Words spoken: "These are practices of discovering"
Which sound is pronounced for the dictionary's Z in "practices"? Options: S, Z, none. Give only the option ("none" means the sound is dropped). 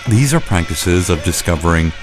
Z